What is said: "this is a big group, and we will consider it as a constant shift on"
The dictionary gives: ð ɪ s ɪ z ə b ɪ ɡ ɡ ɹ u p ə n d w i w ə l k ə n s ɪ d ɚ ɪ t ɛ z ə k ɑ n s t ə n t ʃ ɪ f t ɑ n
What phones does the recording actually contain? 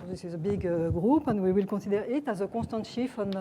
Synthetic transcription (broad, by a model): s ɪ z ə b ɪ ɡ ɡ ɹ u p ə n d w i w ə l k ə s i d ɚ ɪ t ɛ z ə k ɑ s t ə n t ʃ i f ɑ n